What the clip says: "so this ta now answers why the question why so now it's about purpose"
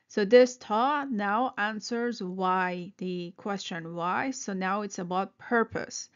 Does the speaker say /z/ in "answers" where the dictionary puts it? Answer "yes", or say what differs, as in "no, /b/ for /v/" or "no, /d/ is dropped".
yes